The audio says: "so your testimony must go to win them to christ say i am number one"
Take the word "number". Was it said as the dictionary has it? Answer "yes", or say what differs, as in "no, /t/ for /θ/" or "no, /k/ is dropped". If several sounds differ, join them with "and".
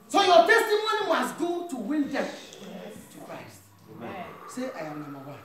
no, /b/ is dropped